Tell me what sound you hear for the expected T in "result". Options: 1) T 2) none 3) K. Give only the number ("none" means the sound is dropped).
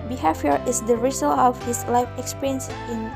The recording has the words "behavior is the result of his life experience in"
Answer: 2